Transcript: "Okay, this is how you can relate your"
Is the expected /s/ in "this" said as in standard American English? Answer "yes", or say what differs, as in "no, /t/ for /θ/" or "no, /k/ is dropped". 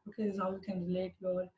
no, /s/ is dropped